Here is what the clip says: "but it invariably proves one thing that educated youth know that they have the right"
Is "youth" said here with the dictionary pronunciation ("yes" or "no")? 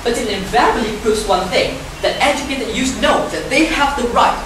no